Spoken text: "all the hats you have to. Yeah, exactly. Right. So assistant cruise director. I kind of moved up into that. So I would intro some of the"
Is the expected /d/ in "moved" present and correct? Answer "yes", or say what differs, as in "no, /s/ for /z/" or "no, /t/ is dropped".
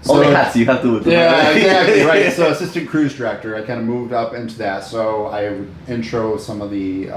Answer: yes